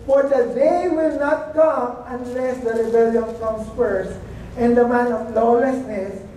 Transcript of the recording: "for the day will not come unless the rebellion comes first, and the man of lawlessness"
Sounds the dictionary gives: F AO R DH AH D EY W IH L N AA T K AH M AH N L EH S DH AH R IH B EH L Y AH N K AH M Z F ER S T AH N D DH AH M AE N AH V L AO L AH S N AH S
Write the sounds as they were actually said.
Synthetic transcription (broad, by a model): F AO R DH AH D EY W IH L N AA T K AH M AH N L EH S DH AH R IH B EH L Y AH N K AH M S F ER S AH N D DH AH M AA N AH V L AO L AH S N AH S